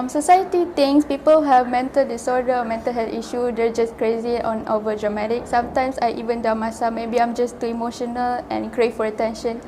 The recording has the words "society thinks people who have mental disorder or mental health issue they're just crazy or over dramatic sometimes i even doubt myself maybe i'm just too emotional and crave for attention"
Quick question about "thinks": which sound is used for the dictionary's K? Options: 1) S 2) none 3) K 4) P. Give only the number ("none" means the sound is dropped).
2